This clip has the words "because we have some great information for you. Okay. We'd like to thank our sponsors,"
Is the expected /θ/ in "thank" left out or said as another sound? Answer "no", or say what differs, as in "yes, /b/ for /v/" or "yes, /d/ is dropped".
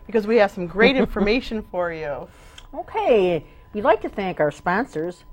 no